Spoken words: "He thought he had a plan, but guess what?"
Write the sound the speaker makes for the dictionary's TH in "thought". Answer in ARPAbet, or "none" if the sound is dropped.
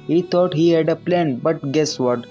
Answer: T